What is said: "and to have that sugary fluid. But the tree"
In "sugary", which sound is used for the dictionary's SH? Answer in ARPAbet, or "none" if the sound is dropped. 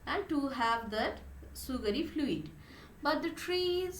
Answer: S